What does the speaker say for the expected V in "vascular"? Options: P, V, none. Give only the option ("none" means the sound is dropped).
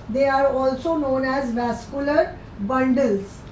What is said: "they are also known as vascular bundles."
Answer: V